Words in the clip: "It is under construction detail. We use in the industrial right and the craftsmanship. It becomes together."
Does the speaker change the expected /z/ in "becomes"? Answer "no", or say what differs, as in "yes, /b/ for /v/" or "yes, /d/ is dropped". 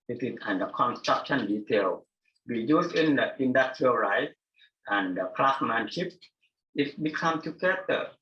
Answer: yes, /z/ is dropped